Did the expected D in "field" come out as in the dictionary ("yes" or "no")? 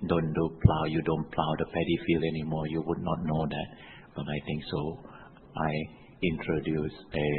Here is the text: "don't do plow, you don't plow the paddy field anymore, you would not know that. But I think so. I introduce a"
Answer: no